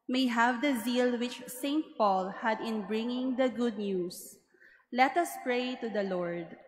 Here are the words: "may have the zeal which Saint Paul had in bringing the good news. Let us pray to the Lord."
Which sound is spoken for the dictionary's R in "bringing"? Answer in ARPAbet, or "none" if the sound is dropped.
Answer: R